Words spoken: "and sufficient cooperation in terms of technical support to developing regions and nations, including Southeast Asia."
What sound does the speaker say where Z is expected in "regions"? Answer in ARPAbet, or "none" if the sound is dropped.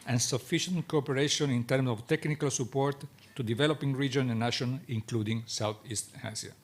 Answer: none